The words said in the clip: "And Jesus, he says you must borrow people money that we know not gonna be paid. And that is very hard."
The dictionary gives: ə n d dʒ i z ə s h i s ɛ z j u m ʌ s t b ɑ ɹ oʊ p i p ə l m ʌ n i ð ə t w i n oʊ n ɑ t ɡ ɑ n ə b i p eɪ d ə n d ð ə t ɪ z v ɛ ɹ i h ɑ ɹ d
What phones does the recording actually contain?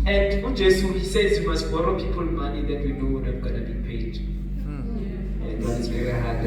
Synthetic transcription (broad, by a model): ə n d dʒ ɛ s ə h i s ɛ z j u m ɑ s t b ɑ ɹ oʊ p i p ə l m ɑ n i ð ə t w i n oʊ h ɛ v ɡ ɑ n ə b i p eɪ d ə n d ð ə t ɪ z v ɛ ɹ i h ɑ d